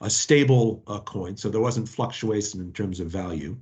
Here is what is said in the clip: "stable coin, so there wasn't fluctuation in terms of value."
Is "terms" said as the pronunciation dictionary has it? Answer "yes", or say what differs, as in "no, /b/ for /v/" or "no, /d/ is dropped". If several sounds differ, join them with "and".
yes